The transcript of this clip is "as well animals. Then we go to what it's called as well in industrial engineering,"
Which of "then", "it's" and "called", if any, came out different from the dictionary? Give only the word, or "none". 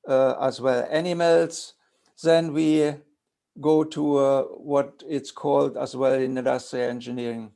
none